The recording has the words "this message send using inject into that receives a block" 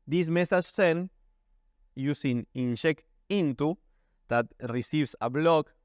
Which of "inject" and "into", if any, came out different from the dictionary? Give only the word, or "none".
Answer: inject